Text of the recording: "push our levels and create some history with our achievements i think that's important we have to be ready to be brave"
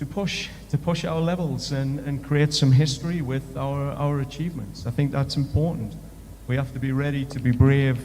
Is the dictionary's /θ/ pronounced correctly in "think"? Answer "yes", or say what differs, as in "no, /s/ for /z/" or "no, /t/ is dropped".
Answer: yes